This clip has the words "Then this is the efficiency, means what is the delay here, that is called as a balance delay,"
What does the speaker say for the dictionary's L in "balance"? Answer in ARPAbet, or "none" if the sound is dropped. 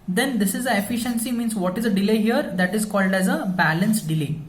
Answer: L